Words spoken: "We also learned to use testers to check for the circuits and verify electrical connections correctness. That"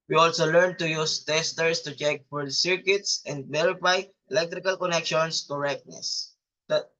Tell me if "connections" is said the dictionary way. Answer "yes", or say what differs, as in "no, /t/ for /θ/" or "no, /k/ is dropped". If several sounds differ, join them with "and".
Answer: no, /s/ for /z/